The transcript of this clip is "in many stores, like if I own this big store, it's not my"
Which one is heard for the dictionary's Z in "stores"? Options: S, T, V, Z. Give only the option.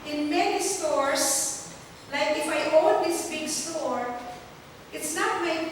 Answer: S